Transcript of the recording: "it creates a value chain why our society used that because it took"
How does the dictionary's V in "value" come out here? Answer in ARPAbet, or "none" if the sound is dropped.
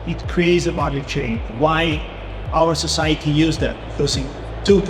B